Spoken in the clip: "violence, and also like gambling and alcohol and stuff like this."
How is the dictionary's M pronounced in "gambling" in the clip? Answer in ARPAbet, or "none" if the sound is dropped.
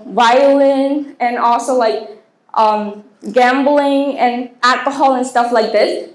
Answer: M